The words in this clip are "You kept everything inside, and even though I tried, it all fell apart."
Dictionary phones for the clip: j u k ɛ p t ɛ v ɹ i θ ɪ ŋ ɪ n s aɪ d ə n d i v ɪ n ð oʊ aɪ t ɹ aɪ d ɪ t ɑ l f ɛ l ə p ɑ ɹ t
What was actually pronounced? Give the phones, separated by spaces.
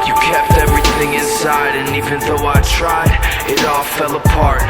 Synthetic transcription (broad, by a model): j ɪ k ɛ p t ɛ v ɹ i θ ɪ ŋ ɪ n s aɪ d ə n i v ɪ n ð oʊ aɪ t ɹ aɪ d ɪ t ɑ l f ɛ l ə p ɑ ɹ t